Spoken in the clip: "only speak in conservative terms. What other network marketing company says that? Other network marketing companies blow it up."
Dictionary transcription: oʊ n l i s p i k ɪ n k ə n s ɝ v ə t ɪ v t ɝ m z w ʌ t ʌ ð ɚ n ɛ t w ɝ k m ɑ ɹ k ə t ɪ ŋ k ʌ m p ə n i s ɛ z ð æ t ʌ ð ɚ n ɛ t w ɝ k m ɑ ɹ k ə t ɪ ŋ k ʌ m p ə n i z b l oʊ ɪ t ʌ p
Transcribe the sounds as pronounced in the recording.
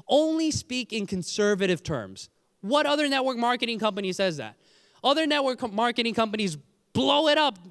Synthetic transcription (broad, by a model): oʊ n l i s p i k ɪ n k ə n s ɝ v ə t ɪ v t ɝ m z w ʌ t ʌ ð ɚ n ɛ t w ɝ k m ɑ ɹ k ə t ɪ ŋ k ʌ m p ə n i s ɛ z ð æ t ʌ ð ɚ n ɛ t w ɝ k m ɑ ɹ k ə t ɪ ŋ k ʌ m p ə n i z b l oʊ ɪ t ʌ p